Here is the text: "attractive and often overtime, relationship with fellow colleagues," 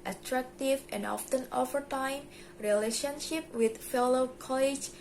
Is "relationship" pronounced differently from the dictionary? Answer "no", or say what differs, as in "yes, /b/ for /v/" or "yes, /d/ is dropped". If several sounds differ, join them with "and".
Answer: no